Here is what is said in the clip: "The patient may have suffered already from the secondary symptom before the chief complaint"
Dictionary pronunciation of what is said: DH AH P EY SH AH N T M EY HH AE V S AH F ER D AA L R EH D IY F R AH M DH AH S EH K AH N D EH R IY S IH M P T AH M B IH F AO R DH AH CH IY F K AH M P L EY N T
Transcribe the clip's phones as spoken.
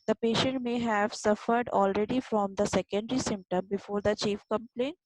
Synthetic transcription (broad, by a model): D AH P EY SH AH N T M EY HH AE V S AH F ER D AA L R EH D IY F R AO M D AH S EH K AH N D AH R IY S IH M P T AH M B IH F AO R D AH CH IY F K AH M P L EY N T